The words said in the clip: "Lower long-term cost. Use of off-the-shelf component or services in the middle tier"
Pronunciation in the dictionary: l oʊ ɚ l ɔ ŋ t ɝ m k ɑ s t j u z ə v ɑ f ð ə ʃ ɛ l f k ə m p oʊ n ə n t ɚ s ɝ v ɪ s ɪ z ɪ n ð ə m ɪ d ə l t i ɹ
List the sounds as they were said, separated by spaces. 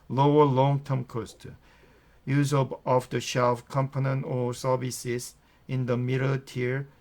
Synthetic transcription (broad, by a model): l oʊ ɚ l ɔ ŋ t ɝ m k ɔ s t j u z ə b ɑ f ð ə ʃ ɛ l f k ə m p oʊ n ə n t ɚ s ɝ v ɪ s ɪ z ɪ n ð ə m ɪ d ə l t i ɹ